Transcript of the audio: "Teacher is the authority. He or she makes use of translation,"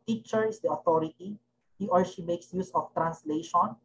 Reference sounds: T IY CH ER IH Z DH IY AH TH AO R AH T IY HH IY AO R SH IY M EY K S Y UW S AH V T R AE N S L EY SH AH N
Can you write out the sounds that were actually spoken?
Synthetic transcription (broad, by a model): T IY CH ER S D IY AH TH AO R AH T IY HH IY AO R SH IY M EY K S Y UW S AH F T R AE N S L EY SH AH N